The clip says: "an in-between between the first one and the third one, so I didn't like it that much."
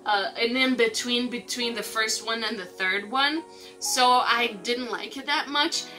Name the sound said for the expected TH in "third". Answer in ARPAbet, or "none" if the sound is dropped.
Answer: TH